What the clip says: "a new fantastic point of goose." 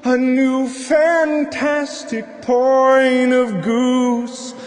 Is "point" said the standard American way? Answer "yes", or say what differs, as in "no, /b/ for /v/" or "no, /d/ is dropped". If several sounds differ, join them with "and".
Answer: no, /t/ is dropped